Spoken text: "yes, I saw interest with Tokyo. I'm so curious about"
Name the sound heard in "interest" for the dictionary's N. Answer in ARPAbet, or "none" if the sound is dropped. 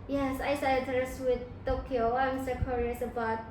none